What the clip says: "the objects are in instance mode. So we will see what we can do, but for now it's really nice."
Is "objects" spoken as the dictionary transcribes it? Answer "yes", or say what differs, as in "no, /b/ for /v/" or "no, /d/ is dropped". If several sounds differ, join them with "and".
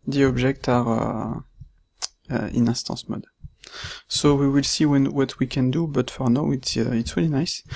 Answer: no, /s/ is dropped